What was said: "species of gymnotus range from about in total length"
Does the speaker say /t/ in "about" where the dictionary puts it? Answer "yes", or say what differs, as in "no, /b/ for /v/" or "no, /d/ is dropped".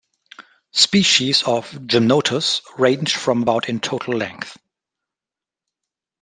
yes